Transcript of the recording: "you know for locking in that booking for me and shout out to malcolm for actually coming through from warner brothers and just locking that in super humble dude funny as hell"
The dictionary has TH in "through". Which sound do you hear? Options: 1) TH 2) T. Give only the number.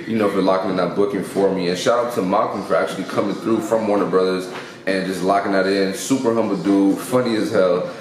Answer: 1